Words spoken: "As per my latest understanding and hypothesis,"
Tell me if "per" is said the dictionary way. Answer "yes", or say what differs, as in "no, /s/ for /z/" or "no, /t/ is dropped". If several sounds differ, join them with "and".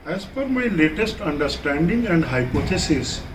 no, /f/ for /p/